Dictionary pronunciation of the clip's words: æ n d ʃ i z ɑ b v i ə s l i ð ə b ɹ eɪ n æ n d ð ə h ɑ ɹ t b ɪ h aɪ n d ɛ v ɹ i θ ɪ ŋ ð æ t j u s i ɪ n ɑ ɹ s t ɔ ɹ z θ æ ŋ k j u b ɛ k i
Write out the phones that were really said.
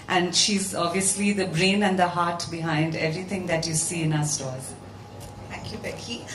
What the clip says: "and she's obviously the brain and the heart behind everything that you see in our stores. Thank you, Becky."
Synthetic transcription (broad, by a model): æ n d ʃ i z ɑ b v i ə s l i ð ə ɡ ɹ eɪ n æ n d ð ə h ɑ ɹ t b ɪ h aɪ n d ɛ v ɹ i t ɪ ŋ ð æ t j u s i ɪ n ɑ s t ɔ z t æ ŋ k j u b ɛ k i